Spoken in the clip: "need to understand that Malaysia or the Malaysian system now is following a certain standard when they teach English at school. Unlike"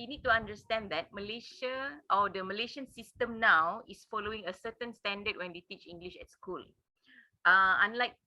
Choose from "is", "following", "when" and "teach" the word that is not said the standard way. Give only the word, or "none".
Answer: is